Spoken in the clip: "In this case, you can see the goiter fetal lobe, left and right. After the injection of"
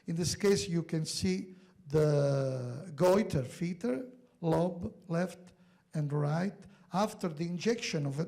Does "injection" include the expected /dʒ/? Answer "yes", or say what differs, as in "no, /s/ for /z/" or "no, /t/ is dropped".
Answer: yes